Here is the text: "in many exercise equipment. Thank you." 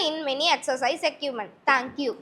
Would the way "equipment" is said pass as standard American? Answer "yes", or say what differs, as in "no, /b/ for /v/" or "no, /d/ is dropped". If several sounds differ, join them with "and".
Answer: no, /p/ is dropped